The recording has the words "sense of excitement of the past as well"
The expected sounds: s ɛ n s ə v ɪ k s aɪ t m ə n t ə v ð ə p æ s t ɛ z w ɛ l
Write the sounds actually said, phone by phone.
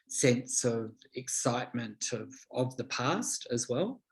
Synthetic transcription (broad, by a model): s ɛ n s ə v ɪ k s aɪ t m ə n t ə v ð ə p æ s t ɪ z w ɛ l